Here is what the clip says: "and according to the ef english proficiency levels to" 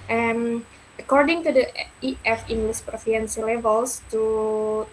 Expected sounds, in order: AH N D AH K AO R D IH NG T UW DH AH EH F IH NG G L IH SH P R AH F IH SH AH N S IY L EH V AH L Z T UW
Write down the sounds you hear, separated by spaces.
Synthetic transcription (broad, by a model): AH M AH K AO R D IH NG T UW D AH EH F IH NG G L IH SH P R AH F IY AH N S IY L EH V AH L S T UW